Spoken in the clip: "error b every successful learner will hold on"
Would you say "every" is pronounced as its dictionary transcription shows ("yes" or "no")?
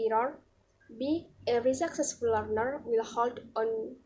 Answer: no